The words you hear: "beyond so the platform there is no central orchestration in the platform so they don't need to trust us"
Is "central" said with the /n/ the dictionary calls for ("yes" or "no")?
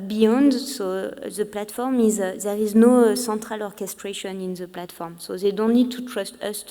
no